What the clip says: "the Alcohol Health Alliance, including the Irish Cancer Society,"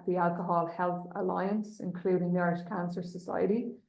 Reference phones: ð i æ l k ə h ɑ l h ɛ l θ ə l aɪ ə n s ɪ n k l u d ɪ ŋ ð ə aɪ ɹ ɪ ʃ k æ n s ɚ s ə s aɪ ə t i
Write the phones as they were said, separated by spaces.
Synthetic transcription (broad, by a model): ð i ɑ l k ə h ɑ l h ɛ l θ ə l aɪ ə n s ɪ n k l u d ɪ ŋ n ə ɹ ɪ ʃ k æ n s ɚ s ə s aɪ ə t i